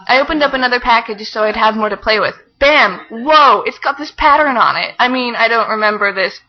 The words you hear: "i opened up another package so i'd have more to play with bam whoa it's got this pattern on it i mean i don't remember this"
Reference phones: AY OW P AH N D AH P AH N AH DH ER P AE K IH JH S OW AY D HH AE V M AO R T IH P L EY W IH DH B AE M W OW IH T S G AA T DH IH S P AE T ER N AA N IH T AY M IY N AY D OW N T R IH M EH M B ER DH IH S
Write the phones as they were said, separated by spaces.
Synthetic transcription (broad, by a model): AY OW P AH N D AH P AH N AH DH ER P AE K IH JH S OW AY D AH V M AO R T IH P L EY W IH DH B AE M W OW IH T S G AA T DH IH S P AE T ER N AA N IH T AY M IY N AY D OW N T R IH M EH M B ER DH IH S